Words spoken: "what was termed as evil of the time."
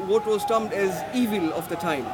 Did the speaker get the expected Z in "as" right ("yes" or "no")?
yes